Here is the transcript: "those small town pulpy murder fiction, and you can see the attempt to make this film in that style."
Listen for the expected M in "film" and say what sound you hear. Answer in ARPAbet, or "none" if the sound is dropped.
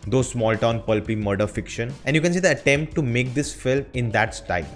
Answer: none